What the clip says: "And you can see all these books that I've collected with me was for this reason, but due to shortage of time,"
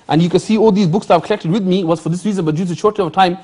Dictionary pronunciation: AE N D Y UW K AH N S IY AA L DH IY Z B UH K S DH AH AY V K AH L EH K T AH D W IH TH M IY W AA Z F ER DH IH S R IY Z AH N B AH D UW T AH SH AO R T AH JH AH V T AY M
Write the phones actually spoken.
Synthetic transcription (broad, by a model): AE N Y UW K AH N S IY AA L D IY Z B UH K S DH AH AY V K AH L EH K T AH D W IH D M IY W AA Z F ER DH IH S R IY Z AH N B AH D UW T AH SH AO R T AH AH V T AY M